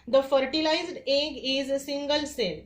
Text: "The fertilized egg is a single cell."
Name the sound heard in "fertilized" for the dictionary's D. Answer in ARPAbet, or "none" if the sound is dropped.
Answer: D